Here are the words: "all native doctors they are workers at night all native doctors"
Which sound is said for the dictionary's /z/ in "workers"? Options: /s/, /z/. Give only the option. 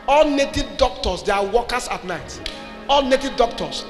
/s/